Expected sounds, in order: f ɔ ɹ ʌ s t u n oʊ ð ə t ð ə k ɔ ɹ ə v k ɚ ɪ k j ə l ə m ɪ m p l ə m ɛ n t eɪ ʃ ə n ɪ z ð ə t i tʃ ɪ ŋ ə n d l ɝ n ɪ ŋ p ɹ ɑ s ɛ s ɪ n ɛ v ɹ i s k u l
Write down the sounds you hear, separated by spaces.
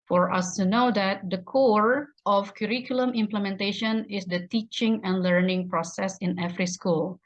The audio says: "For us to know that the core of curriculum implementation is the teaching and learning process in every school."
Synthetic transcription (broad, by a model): f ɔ ɹ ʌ s t u n oʊ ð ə t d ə k ɔ ɹ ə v k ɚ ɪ k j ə l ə m ɪ m p l ə m ɛ n t eɪ ʃ ə n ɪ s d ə t i tʃ ɪ ŋ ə n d l ɝ n ɪ ŋ p ɹ ɑ s ɛ s ɪ n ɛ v ɹ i s k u l